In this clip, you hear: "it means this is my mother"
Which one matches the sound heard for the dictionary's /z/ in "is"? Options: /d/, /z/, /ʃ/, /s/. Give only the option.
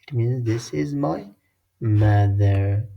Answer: /z/